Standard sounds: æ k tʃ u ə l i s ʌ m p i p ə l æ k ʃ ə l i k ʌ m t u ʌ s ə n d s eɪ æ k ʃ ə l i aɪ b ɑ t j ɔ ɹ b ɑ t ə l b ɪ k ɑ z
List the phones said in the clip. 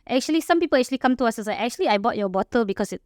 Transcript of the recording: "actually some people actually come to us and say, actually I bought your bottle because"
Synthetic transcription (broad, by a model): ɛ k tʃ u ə l i s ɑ m p i p ə l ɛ k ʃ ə l i k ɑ m t u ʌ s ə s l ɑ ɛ k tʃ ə l i aɪ b ɑ t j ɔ b ɑ t ə l b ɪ k ɑ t